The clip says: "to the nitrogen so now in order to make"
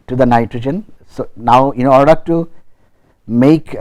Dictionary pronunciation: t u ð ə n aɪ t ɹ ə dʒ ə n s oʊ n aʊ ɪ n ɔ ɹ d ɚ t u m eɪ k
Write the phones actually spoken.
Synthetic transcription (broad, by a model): t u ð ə n aɪ t ɹ ə dʒ ə n s oʊ n aʊ ɪ n ɔ ɹ d ɚ t u m eɪ k